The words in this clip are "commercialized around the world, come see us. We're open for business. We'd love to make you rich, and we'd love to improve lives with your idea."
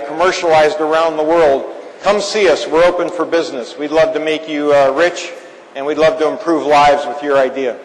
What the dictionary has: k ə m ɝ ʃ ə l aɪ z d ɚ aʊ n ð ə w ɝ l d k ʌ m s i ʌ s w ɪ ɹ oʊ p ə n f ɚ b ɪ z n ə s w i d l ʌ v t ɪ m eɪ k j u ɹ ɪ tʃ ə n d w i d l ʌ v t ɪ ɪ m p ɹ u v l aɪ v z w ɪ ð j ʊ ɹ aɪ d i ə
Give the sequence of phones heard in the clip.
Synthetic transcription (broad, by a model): k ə m ɝ ʃ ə l aɪ z d ɚ aʊ n ð ə w ɝ l d k ʌ m s i ʌ s w ɪ ɹ oʊ p ə n f ɚ b ɪ z n ə s w i d l ʌ v t ɪ m eɪ k j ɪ ɹ ɪ tʃ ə n w i d l ʌ v t ɪ ɪ m p ɹ u v l aɪ v z w ɪ ð j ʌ ɹ aɪ d i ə